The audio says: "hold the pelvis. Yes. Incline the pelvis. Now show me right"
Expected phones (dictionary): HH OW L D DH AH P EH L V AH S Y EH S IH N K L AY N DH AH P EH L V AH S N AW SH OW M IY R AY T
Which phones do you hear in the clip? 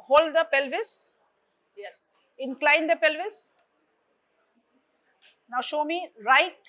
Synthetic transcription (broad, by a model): HH OW L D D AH P EH L V AH S Y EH S IH N K L AY N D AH P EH L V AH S N AW SH OW M IY R AY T